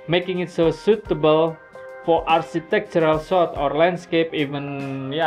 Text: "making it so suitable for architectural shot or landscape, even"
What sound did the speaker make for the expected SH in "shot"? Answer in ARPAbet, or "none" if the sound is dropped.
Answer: S